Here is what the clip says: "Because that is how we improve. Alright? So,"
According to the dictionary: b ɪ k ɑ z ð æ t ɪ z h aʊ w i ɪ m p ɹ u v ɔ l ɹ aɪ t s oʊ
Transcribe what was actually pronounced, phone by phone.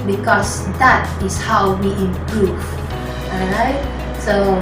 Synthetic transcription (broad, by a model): b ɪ k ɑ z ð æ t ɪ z h aʊ w i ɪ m p ɹ u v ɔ ɹ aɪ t s oʊ